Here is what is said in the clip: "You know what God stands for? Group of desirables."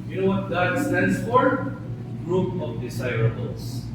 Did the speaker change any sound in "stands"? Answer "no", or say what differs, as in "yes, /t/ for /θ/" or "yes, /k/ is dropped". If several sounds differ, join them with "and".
yes, /s/ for /z/